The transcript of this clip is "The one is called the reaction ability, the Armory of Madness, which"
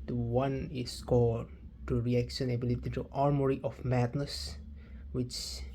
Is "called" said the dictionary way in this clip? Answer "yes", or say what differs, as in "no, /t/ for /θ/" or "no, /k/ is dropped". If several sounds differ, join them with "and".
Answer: no, /l/ is dropped